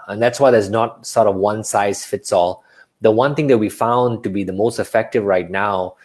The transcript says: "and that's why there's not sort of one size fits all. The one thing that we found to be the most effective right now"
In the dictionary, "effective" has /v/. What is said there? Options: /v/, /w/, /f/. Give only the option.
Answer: /v/